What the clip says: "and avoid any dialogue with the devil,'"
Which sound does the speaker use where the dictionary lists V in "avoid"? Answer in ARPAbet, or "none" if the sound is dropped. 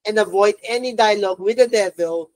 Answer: V